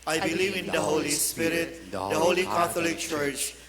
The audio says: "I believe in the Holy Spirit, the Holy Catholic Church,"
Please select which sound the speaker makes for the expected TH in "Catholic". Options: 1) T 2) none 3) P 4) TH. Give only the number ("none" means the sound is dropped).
1